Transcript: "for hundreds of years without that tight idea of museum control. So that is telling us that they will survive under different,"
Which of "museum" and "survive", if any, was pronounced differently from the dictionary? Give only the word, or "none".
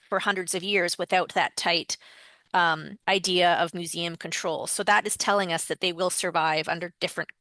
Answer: none